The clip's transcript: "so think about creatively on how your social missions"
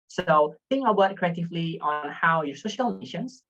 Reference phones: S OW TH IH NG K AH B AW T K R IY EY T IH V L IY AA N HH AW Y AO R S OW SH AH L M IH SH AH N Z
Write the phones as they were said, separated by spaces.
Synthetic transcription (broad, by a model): S OW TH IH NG AH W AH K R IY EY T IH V L IY AA N HH AW Y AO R S OW SH AH L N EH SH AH N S